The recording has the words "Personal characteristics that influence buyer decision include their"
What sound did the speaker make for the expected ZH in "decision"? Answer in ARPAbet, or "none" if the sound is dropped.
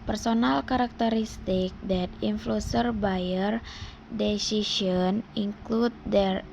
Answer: S